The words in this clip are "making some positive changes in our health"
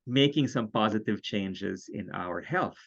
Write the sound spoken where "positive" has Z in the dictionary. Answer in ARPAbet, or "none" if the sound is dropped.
Z